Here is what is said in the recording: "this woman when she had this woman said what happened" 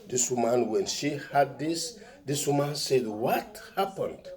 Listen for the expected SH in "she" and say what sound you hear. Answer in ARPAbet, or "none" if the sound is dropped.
SH